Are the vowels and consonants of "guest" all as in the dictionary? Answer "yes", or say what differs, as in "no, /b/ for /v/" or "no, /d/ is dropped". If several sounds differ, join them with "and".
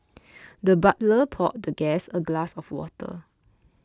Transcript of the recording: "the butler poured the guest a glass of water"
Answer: no, /t/ is dropped